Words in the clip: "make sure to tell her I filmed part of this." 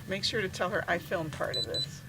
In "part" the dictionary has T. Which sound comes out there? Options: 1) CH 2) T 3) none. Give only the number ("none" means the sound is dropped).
2